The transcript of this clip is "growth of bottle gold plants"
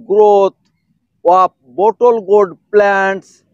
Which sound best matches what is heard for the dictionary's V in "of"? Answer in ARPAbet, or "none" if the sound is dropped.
P